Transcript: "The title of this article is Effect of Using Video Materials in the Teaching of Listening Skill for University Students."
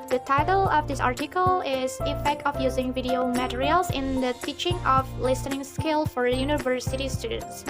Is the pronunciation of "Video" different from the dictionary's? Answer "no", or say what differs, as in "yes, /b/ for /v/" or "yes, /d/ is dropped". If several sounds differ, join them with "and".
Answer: no